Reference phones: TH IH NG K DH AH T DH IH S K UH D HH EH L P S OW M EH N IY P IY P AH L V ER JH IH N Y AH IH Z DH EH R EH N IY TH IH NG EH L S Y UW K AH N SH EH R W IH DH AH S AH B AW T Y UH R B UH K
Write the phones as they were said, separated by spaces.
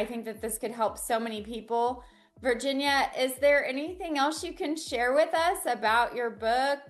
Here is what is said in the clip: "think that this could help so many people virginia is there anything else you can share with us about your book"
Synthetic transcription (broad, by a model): TH IH NG K DH AH T DH IH S K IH D HH EH L P S OW M EH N IY P IY P L V ER JH IH N Y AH IH Z DH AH R EH N IY TH IH NG EH L S Y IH K AH N SH EH R W IH DH AH S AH B AW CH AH R B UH K